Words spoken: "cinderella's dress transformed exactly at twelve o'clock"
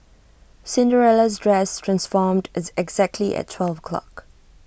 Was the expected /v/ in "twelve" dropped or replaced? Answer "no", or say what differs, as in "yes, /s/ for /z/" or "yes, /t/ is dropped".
no